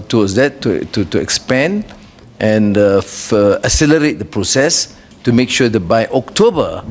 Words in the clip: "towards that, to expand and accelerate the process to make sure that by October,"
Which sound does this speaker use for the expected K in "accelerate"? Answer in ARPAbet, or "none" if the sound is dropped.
none